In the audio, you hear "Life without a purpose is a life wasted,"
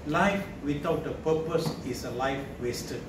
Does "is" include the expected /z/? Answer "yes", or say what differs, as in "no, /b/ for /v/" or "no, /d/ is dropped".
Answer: no, /s/ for /z/